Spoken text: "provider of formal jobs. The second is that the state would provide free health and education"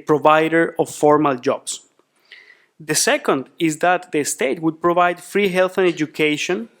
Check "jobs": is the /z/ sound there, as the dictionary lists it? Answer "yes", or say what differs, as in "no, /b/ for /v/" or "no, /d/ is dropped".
no, /s/ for /z/